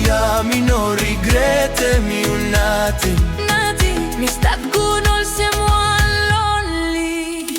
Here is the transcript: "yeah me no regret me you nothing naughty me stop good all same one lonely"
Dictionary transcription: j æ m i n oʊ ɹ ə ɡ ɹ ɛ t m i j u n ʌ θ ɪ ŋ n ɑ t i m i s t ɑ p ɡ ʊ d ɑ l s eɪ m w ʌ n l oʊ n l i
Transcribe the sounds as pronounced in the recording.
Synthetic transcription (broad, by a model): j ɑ m i n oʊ ɹ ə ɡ ɹ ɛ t m i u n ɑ t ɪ n ɑ t i m i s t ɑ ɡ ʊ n ɑ l s eɪ m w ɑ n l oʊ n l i